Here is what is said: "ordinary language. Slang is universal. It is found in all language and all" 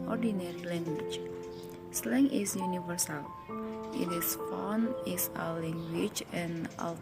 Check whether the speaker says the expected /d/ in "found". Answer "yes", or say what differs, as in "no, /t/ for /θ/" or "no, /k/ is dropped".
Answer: no, /d/ is dropped